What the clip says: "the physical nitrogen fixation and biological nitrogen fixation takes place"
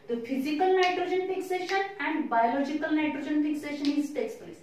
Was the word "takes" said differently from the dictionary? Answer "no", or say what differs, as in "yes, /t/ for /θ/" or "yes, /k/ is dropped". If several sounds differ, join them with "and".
no